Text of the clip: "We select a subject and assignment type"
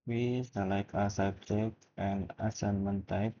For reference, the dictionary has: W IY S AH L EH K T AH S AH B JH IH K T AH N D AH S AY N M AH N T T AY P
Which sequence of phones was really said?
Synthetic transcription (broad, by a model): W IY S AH L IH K AH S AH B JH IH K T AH N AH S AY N M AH N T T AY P